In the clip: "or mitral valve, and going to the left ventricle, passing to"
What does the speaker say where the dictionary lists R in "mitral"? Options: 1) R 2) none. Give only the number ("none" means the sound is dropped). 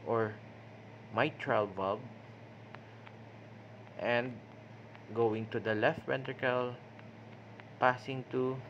1